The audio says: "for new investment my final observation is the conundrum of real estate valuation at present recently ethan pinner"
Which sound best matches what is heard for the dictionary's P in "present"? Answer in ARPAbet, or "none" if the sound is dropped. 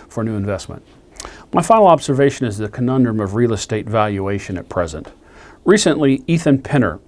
P